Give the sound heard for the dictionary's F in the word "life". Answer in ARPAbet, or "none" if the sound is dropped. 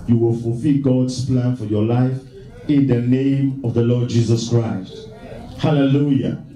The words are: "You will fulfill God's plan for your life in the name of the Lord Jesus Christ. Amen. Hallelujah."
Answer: F